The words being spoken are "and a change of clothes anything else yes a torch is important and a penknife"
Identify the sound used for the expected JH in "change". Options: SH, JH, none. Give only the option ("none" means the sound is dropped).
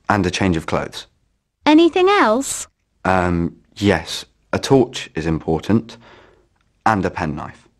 JH